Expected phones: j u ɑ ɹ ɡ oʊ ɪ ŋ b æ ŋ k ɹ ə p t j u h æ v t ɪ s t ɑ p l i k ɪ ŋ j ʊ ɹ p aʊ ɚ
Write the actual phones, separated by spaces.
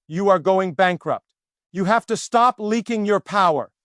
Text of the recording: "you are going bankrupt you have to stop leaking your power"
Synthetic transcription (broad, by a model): j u ɑ ɹ ɡ oʊ ɪ ŋ b æ ŋ k ɹ ə p t j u h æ f t ɪ s t ɑ p l i k ɪ ŋ j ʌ ɹ p aʊ ɚ